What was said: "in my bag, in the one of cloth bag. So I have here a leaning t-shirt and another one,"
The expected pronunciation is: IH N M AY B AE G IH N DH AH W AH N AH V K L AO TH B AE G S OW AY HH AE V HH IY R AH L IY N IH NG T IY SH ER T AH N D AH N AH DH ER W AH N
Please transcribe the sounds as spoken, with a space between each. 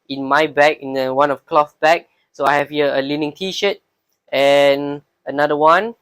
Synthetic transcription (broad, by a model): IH N M AY B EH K IH N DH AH W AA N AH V K L AO F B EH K S OW AY HH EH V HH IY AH AH L IY N IH NG T IY SH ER T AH N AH N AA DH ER W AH N